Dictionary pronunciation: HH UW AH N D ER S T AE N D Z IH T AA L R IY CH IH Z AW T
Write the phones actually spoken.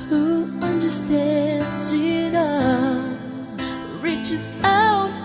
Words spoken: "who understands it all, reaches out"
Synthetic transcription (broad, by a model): HH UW AH N D ER S T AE N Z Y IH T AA R IY CH IH Z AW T